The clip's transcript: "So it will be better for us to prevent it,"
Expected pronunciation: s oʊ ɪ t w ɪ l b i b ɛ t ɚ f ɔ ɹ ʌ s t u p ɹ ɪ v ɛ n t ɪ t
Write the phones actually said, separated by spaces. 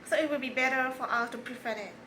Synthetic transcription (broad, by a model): s oʊ ɪ t w ɪ l b i b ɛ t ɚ f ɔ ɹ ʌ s t u p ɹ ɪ f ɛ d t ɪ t